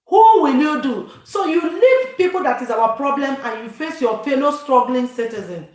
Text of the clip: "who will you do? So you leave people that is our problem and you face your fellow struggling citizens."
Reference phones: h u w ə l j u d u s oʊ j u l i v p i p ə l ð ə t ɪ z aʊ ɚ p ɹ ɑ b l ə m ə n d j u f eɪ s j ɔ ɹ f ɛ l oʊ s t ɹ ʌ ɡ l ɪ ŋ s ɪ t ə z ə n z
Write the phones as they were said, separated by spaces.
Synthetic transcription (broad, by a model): h u w ə l j u d u s oʊ j u l i v p i p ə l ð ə t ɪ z aʊ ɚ p ɹ ɑ b l ə m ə n j u f eɪ s j ɔ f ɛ n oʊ s t ɹ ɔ ɡ l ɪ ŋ s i t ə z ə n